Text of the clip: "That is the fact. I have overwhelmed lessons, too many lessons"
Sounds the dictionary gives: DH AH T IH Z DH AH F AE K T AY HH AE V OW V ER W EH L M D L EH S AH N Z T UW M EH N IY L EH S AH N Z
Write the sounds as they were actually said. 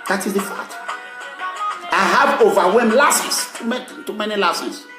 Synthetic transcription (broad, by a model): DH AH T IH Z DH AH F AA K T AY HH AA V OW V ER W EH M L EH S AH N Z T UW M EH N IY L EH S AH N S